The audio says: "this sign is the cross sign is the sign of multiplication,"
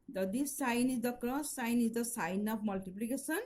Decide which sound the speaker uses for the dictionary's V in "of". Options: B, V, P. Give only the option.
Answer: P